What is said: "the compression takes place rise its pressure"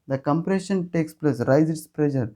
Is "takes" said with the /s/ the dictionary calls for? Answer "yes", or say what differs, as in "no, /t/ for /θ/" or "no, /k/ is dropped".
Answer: yes